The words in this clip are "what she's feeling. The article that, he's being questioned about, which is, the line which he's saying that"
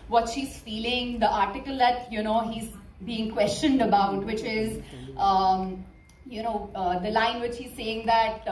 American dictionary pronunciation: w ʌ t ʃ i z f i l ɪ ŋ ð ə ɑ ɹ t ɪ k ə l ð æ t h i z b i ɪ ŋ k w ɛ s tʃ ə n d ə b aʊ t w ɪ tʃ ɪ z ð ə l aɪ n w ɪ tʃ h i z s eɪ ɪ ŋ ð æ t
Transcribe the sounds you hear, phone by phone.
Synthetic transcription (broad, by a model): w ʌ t ʃ i z f i l ɪ ŋ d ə ɑ ɹ t ɪ k ə l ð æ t h i z b i ɪ ŋ k w ɛ s tʃ ə n d ə b aʊ t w ɪ tʃ ɪ z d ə l aɪ n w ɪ tʃ h i z s eɪ ɪ ŋ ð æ t